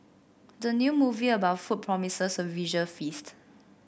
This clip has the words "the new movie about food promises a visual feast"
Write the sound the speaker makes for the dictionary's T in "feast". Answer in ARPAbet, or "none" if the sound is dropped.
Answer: T